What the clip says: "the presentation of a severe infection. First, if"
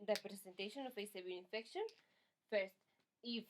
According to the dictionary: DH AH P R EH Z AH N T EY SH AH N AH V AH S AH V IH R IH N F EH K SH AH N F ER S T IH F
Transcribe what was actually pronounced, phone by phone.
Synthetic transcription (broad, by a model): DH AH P R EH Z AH N T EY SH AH N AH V AH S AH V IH L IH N F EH K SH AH N F ER S T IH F